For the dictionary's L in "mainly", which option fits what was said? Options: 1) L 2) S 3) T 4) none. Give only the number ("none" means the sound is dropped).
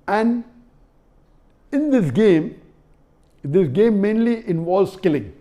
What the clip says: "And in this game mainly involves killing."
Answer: 1